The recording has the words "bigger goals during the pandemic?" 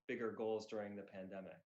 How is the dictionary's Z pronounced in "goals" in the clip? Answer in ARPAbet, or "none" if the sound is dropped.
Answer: Z